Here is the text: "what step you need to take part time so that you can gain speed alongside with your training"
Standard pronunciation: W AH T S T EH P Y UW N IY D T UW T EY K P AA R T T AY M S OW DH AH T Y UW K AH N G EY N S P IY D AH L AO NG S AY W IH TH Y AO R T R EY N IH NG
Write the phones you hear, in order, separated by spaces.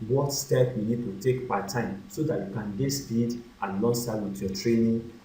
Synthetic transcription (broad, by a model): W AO T S T EH P Y UW N IY D T UW T EY K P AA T T AY M S OW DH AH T Y UW K AH N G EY S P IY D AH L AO S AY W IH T Y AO T R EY N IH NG